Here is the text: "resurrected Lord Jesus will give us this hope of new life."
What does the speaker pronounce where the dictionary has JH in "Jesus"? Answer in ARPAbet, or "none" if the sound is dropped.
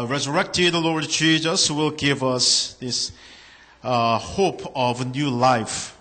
CH